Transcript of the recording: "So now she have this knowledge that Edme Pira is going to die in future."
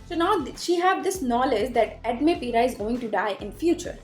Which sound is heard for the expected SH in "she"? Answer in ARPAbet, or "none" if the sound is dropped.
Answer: SH